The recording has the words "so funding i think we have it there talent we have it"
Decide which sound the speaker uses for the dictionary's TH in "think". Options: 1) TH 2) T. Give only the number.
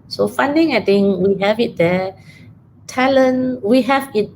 2